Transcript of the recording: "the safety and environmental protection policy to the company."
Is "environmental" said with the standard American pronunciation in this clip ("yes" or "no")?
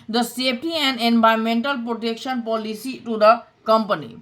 no